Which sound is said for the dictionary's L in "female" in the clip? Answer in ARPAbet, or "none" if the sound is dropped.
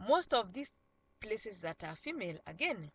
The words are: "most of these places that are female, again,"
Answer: L